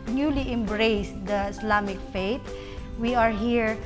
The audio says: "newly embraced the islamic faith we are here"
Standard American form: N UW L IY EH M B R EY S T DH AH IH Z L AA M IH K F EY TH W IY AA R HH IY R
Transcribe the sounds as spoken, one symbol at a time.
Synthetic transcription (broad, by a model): N UW L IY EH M B R EY S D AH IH S L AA M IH K F EY T W IY AA R HH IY R